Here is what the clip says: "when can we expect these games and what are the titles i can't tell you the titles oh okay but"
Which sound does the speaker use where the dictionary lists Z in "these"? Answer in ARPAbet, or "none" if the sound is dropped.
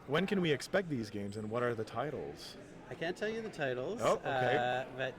Z